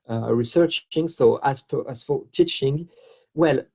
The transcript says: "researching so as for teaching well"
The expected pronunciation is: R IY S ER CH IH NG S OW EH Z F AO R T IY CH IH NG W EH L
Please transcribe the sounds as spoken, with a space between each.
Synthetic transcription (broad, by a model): R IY S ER CH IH NG S OW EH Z F AO R T IY CH IH NG W EH L